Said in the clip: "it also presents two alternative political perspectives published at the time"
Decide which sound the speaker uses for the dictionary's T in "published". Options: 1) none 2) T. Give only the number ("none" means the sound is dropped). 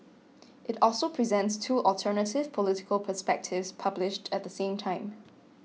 2